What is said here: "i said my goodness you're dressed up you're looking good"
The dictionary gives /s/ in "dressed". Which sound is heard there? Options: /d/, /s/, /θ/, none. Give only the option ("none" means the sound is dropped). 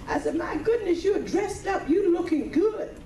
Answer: /s/